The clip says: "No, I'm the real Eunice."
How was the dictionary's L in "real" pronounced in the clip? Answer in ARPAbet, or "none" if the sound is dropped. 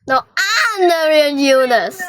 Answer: N